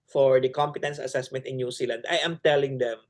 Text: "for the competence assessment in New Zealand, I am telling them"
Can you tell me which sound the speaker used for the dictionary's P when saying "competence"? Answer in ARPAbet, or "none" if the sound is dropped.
P